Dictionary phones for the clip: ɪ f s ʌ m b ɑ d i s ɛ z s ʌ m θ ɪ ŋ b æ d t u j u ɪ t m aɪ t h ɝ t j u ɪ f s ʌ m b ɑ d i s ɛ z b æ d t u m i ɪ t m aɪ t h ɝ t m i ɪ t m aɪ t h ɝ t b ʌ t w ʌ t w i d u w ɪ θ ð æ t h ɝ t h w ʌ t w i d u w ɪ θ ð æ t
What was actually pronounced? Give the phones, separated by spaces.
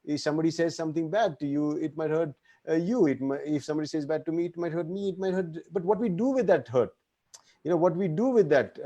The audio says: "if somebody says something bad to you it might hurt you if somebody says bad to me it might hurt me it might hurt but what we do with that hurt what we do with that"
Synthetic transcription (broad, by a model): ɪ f s ʌ m b ɑ d i s ɛ z s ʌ m t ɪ ŋ b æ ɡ t u j u ɪ t m aɪ t h ɝ t j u ɪ f s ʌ m b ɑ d i s ɛ z b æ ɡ t u m i ɪ t m aɪ t h ɝ t m i ɪ t m aɪ t h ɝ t b ʌ t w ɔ t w i d u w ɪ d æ t h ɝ t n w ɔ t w i d u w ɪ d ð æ t